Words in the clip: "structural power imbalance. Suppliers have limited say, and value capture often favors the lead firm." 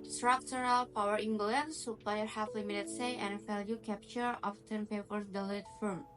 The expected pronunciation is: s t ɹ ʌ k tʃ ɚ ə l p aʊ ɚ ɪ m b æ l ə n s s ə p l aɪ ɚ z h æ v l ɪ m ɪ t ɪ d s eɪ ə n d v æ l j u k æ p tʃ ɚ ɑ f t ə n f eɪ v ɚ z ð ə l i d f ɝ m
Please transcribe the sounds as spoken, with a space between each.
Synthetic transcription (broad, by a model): s t ɹ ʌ k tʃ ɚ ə l p aʊ ɚ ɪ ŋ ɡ l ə n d s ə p l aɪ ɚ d h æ f l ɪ m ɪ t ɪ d s eɪ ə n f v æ l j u k æ p tʃ ɚ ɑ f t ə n p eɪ p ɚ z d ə l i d f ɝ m